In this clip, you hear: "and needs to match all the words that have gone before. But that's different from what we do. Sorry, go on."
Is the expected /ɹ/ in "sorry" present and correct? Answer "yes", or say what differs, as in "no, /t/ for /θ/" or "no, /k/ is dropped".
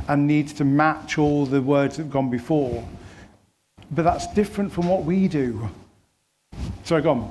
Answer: no, /ɹ/ is dropped